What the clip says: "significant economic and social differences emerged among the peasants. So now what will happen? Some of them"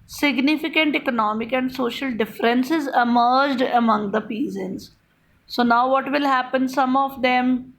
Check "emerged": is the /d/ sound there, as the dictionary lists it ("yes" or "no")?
yes